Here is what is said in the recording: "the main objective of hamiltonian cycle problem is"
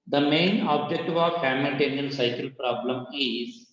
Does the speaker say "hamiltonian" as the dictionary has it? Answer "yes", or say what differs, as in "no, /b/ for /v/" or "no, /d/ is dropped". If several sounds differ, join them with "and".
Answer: no, /l/ is dropped